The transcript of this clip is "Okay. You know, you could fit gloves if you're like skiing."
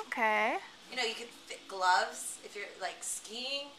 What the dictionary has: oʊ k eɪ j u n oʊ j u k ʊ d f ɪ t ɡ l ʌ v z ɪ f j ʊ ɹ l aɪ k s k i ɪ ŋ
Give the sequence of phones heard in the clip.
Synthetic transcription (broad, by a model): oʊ k eɪ j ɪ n oʊ j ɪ k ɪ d f ɪ t ɡ l ʌ v z ɪ f j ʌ ɹ l aɪ k s k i ɪ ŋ